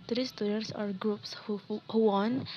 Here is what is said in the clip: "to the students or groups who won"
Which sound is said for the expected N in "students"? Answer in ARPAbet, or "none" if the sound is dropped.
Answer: none